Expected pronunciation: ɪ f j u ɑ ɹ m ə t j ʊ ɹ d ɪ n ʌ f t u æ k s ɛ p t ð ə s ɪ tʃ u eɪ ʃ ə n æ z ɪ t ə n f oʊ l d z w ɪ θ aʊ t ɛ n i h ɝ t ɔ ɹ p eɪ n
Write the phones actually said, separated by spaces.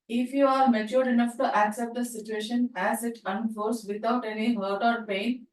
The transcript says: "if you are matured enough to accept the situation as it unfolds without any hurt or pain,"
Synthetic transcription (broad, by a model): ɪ f j u ɑ ɹ m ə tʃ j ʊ ɹ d ɪ n ʌ f t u æ k s ɛ p t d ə s ɪ tʃ u eɪ ʃ ə n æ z ɪ t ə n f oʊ d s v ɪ t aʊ t ɛ n i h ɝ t ɔ ɹ p eɪ n